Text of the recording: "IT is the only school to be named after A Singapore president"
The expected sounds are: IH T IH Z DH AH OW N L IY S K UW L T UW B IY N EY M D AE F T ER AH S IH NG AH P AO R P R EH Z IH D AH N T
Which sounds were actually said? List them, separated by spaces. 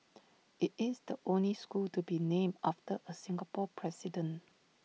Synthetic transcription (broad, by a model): IH T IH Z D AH OW N L IY S K UW L T UW B IY N EY M AA F T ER AH S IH NG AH P AO P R EH S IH D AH N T